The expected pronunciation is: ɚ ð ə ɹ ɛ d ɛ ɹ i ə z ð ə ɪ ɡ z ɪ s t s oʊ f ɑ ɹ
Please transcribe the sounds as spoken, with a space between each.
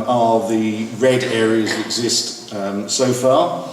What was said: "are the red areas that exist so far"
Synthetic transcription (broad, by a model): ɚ ð ə ɹ ɛ d ɛ ɹ i ə z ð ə ɪ ɡ z ɪ s t s oʊ f ɑ